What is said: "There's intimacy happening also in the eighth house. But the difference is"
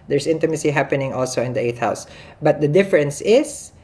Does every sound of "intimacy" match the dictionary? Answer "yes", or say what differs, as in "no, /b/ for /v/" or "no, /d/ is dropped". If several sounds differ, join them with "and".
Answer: yes